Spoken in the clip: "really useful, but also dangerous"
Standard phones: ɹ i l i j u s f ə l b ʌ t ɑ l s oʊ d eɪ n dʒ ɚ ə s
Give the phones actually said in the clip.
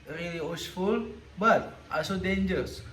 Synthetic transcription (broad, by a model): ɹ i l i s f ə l b ʌ t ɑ s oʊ d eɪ n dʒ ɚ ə s